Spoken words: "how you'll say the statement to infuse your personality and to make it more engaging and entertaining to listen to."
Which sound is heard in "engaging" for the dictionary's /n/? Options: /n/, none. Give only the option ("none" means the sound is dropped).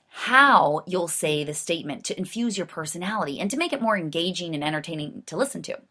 /n/